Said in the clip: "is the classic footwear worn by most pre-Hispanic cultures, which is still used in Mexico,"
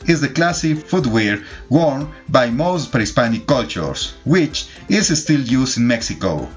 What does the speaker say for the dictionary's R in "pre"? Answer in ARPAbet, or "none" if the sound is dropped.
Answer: none